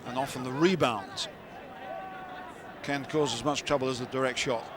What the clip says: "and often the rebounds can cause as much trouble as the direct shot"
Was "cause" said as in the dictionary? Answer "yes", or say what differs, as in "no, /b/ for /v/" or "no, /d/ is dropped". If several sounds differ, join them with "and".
yes